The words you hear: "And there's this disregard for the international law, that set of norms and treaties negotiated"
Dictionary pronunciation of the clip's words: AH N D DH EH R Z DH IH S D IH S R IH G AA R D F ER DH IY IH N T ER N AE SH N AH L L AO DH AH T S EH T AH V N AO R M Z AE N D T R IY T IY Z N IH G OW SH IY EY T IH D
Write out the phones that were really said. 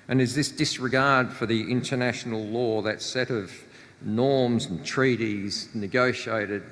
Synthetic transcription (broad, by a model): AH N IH Z DH IH S D IH S R IH G AA R D F ER DH IY IH N T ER N AE SH N L L AO DH AH T S EH T AH V N AO R M Z N T R IY T IY Z N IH G OW SH IY EY T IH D